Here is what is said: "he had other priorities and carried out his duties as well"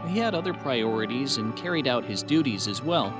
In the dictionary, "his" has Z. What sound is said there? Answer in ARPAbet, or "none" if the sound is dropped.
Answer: Z